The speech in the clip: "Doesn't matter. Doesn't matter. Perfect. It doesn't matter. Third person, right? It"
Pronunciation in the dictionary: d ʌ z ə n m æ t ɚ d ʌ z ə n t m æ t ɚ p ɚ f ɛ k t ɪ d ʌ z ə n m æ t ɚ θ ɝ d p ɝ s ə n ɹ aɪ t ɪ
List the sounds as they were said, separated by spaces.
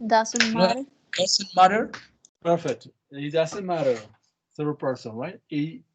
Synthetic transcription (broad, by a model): d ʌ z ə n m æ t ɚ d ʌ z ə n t m æ t ɚ p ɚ f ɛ k t ɪ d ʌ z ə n m æ t ɚ s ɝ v p ɝ s ə n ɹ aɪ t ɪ